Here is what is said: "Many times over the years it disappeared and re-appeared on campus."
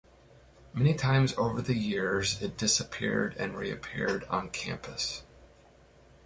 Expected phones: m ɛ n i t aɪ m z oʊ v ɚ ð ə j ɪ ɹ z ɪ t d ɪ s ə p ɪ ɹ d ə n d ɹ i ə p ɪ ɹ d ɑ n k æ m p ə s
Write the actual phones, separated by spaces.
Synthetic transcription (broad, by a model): m ɛ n i t aɪ m z oʊ v ɚ ð ə j ɪ ɹ z ɪ t d ɪ s ə p ɪ ɹ d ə n ɹ i ə p ɪ ɹ d n k æ m p ə s